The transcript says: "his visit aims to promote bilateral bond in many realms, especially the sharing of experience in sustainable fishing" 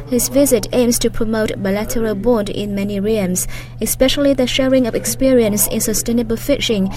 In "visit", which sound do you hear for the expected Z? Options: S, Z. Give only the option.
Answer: Z